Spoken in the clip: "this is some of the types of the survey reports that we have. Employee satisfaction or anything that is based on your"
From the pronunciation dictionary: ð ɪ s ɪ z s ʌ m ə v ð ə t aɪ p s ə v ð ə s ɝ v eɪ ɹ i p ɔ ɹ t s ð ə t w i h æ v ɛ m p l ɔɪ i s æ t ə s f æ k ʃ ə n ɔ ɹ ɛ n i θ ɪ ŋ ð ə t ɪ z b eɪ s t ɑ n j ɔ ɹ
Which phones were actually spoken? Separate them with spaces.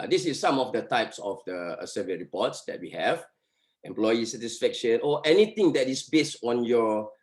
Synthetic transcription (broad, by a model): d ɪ s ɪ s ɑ m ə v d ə t aɪ p s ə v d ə s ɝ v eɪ ɹ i p ɔ t s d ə t w i h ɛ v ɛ m p l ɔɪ i s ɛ t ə s f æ k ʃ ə n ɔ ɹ ɛ n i t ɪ ŋ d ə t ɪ s b eɪ s t ɑ n j ɔ